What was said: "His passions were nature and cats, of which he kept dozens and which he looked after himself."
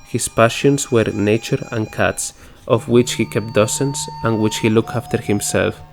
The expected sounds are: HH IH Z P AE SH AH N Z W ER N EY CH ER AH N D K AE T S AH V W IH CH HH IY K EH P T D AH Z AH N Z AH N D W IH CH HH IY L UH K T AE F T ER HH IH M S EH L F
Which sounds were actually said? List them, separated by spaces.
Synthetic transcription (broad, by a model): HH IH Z P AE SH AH N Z W ER N EY CH ER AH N K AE T S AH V W IH CH HH IY K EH P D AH S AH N S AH N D W IH CH HH IY L UH K T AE F T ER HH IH M S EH L F